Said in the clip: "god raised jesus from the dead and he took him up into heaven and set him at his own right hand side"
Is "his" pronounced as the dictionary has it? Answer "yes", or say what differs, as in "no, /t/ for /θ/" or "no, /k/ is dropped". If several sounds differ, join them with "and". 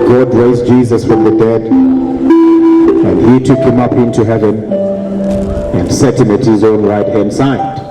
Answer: yes